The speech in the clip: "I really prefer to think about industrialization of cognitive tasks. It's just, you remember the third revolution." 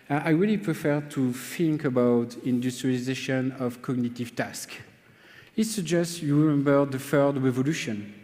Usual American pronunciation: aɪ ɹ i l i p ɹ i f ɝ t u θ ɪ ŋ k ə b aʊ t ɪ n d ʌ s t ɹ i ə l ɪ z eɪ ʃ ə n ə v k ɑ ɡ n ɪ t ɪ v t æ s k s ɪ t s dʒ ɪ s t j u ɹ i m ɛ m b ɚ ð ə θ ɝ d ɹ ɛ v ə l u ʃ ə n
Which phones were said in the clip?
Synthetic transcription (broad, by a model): aɪ ɹ i l i p ɹ i f ɝ t u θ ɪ ŋ k ə b aʊ t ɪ n d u s t ɹ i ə l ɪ z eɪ ʃ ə n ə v k ɑ ɡ n ɪ t ɪ v t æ s k ɪ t s dʒ ɪ s t j u ɹ i m ɛ m b ɚ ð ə f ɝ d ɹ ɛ v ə l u ʃ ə n